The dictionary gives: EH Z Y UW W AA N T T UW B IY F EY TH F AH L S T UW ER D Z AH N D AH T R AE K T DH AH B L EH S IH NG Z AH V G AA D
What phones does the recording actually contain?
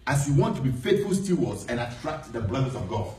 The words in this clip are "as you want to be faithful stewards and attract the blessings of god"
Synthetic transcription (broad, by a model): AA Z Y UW W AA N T T UW B IY F EY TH F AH L S T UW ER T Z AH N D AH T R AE K T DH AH B L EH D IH Z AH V G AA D